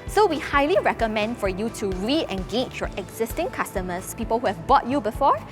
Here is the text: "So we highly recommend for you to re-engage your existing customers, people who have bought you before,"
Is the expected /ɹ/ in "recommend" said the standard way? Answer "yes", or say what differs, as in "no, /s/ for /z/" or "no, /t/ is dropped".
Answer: yes